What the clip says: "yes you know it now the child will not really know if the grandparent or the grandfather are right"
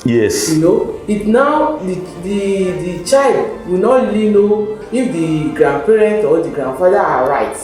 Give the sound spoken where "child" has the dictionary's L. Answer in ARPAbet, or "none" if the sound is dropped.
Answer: L